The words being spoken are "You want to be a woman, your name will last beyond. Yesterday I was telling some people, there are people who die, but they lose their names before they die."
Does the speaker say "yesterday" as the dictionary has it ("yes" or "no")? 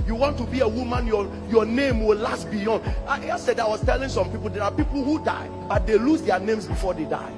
no